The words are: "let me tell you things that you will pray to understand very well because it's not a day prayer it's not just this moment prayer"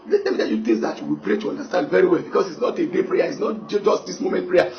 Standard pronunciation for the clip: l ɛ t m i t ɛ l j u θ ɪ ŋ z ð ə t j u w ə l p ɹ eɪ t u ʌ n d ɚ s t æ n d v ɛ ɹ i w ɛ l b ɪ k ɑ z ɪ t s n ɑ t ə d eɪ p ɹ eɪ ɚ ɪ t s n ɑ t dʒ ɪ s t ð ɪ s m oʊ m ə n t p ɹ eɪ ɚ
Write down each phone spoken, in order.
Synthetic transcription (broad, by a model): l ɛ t m i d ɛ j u t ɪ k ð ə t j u w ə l p ɹ eɪ t u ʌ n d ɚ s t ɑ n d v ɛ ɹ i w ɛ l b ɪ k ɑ s ɪ t s n ɑ t ə d eɪ p ɹ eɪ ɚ ɪ t s n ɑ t dʒ ɪ s t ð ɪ s m oʊ m ə n t p ɹ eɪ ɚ